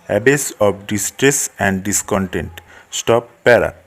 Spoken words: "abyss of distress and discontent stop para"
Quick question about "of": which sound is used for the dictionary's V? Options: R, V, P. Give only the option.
P